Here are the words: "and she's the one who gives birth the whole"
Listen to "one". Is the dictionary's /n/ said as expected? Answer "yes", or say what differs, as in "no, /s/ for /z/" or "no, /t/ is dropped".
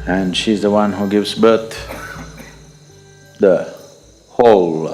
yes